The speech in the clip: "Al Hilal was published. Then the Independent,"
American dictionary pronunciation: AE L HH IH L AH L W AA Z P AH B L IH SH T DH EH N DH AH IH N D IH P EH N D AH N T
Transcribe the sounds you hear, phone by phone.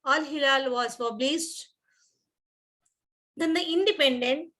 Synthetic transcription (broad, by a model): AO L HH IH L AH L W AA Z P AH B L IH S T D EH N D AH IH N D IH P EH N D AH N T